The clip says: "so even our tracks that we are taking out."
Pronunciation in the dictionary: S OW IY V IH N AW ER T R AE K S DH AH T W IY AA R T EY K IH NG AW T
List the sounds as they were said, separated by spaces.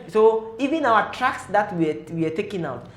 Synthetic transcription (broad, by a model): S OW IY V IH N AW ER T R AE K S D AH T W IY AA W T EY K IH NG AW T